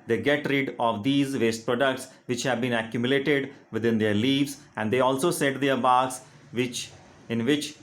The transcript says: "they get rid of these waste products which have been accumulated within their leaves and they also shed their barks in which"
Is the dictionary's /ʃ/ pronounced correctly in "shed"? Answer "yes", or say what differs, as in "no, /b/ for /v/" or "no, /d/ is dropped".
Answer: no, /s/ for /ʃ/